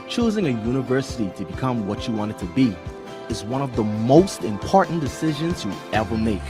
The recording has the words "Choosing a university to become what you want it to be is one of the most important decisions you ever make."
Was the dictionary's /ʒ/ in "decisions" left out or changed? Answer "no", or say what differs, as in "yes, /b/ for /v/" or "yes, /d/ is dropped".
no